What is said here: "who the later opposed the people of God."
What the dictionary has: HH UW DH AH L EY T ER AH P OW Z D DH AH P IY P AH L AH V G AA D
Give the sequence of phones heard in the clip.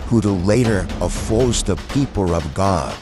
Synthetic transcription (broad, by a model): HH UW DH AH L EY T ER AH F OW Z DH AH P IY P L AH V G AA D